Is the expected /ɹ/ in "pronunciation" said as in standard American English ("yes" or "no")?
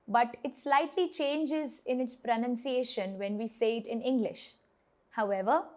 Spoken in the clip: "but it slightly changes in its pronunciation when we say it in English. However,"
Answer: yes